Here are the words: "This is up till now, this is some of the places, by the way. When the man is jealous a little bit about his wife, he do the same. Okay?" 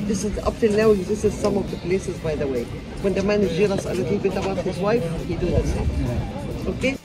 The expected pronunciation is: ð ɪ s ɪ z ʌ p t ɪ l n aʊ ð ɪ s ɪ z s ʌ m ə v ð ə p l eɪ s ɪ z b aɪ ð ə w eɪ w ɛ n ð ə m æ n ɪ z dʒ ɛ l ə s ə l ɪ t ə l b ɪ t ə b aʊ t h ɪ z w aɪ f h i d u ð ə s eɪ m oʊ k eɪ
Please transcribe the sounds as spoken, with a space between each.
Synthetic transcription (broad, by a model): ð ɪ s ɪ z ʌ p t ɪ l n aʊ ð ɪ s ɪ z s ʌ m ə v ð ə p l eɪ s ɪ z b aɪ ð ə w eɪ w ɛ n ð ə m æ n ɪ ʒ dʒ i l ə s ə l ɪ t l b ɪ t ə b aʊ t h ɪ z w aɪ f h i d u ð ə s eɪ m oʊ k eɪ